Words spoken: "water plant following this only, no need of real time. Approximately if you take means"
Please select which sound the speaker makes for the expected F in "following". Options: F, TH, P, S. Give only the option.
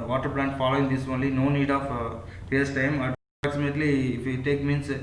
F